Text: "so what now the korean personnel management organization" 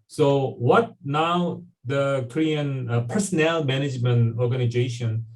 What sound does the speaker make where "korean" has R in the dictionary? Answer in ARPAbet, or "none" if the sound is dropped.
R